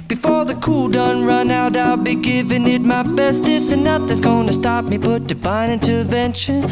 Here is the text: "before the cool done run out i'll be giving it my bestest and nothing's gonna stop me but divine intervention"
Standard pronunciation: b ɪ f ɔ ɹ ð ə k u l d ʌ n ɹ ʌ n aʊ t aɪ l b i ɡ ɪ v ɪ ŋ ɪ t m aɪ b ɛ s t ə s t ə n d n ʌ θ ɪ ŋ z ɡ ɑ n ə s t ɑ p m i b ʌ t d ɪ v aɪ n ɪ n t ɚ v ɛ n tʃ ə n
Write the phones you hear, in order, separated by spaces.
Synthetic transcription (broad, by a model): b ɪ f ɔ ɹ ð ə k u l d ʌ n ɹ ʌ n aʊ t aɪ l b i ɡ ɪ v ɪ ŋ ɪ t m aɪ b ɛ s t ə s ə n n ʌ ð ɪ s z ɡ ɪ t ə s t ɑ p m i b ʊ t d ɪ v aɪ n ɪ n t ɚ v ɛ n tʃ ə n